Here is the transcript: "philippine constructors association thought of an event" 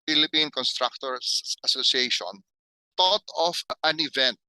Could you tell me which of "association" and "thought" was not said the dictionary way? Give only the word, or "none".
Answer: thought